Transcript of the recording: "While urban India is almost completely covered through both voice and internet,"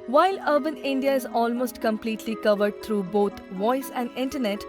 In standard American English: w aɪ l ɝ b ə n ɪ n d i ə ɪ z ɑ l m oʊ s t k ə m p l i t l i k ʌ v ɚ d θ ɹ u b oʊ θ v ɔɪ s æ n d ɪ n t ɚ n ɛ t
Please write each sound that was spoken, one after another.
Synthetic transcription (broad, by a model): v aɪ l ɝ b ə n ɪ n d i ə ɪ z ɑ l m oʊ s t k ə m p l i t l i k ʌ v ɚ d t ɹ u b oʊ t v ɔɪ s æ n d ɪ n t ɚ n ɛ t